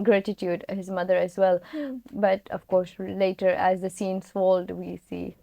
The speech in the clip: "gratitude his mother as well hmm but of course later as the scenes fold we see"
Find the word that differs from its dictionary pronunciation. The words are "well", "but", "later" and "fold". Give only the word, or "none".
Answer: none